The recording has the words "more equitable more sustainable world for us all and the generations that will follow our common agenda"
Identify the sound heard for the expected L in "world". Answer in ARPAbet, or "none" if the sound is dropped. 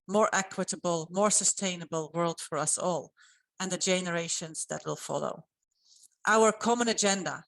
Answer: L